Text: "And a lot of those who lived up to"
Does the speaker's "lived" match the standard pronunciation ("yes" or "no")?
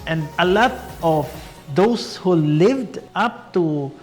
yes